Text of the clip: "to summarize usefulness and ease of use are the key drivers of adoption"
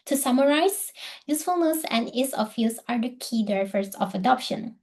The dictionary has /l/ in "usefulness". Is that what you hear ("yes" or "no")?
yes